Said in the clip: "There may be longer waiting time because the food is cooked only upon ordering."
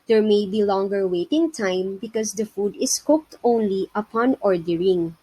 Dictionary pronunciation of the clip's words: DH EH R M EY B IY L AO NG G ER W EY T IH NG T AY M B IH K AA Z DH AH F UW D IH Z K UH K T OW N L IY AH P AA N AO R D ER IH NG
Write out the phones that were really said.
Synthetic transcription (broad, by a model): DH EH R M EY B IY L AO NG G ER W EY T IH NG T AY M B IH K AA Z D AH F UW D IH S K UH K T OW N L IY AH P AA N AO R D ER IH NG